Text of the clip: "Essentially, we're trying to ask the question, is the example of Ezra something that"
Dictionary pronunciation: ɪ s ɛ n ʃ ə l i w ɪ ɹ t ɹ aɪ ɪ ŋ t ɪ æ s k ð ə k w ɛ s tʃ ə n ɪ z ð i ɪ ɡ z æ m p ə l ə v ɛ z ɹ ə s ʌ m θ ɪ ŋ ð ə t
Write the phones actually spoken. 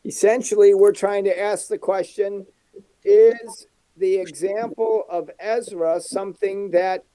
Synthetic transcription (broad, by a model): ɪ s ɛ n ʃ l i w ɪ ɹ t ɹ aɪ ɪ ŋ t ɪ æ s k ð ə k w ɛ s tʃ ə n ɪ z ð i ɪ ɡ z æ m p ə l ə v ɛ z ɹ ə s ʌ m θ ɪ ŋ ð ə t